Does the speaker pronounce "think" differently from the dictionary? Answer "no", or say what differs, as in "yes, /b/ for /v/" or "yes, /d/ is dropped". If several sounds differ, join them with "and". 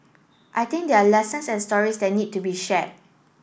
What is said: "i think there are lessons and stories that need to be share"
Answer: yes, /t/ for /θ/